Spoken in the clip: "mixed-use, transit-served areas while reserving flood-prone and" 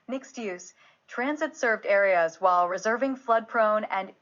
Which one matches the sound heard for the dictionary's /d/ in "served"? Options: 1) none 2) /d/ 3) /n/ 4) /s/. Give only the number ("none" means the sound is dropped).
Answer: 2